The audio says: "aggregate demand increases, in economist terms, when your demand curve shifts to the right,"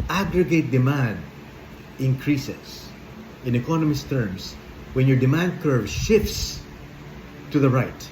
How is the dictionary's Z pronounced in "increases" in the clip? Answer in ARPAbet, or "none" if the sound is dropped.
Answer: S